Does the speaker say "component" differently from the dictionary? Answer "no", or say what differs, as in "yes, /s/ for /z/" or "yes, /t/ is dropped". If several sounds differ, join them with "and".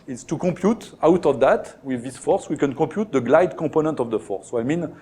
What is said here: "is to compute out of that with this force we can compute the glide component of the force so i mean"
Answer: yes, /m/ is dropped